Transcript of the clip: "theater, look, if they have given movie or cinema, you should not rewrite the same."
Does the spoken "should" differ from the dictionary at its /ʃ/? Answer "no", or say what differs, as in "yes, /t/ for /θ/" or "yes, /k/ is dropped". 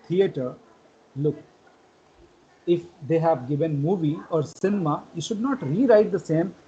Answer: no